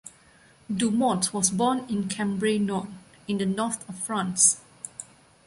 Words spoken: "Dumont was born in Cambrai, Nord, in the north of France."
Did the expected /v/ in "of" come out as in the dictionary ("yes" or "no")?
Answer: no